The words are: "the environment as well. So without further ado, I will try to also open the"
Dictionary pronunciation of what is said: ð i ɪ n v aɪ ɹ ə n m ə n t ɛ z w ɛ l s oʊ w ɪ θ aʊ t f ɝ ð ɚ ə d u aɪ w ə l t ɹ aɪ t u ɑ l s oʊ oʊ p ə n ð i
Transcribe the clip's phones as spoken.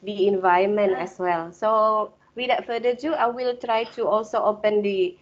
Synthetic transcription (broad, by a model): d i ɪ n v aɪ ə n m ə n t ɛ s w ɛ l s oʊ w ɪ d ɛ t f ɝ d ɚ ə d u aɪ w ə l t ɹ aɪ t u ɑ l s oʊ oʊ p ə n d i